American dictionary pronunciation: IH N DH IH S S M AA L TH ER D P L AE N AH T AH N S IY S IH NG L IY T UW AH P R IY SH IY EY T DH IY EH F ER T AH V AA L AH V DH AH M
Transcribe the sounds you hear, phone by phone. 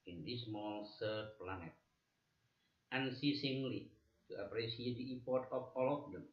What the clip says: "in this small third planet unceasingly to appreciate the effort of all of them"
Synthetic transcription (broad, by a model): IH N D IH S S M AA L S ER P L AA N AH T AH N S IY S IH NG L IY T UW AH P R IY S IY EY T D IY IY P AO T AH F AA L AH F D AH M